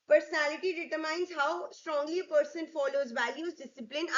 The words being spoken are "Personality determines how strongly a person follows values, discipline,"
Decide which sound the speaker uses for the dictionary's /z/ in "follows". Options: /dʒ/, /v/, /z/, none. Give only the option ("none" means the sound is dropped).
/z/